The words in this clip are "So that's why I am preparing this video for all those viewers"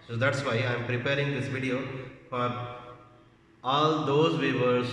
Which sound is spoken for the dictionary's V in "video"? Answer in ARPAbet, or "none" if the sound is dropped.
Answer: V